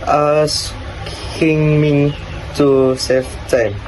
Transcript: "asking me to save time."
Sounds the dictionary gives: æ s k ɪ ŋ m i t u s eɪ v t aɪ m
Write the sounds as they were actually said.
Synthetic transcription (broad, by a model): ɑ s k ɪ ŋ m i t u s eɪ f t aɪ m